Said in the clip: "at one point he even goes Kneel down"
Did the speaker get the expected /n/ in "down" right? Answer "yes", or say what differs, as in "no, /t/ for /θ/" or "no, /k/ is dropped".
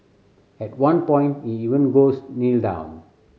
yes